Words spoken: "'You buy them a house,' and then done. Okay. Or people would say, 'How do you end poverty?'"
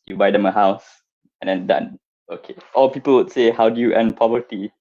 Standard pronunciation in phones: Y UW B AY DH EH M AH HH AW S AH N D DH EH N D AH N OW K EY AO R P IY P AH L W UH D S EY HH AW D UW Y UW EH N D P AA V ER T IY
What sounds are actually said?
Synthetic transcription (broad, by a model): Y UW B AY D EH M AH HH AW S AH N D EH N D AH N OW K EY AO L P IY P AH L W UH D S EY HH AW D UW Y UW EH N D P AA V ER T IY